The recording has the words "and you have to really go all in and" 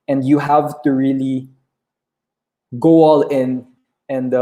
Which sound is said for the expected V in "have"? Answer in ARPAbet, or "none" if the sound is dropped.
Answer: V